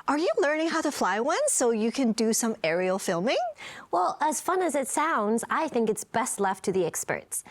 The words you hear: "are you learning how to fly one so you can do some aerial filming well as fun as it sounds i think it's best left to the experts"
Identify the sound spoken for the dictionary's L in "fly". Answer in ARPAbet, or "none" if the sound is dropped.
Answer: L